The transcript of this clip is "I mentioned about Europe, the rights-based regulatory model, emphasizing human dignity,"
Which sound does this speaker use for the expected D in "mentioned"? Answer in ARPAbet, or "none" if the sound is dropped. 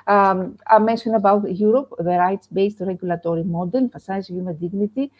none